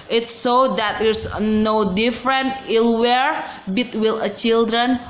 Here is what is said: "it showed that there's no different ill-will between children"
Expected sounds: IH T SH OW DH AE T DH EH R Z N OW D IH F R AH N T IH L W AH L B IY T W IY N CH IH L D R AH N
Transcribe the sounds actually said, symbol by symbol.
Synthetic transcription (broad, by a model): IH T S OW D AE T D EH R S N OW D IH F R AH N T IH L W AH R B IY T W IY L CH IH L D R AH N